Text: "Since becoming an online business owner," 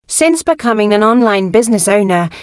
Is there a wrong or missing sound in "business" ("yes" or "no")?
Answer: no